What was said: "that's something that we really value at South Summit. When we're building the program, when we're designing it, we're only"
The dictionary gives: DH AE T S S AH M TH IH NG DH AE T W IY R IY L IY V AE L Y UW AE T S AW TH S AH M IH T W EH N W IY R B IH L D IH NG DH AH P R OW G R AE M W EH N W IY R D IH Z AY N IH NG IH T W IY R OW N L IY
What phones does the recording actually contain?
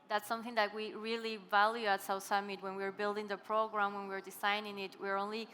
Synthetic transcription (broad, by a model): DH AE T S S AH M TH IH NG DH AE T W IY R IY L IY V AE L Y UW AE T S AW S AH M IH T W EH N W IY R B IH L D IH NG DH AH P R OW G R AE M W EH N W IY R D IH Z AY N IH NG IH T W IY R OW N L IY